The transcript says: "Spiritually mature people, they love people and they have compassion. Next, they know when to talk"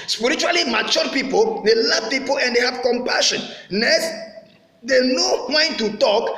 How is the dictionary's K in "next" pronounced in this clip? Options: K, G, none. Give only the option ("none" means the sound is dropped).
none